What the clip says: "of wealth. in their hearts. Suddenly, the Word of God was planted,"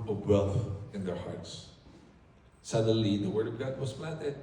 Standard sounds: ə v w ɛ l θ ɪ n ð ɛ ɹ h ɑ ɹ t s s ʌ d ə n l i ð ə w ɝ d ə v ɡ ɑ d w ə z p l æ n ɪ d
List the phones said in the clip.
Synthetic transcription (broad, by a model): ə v w ɛ l θ ɪ n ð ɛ ɹ h ɑ ɹ t s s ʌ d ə l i ð ə w ɝ d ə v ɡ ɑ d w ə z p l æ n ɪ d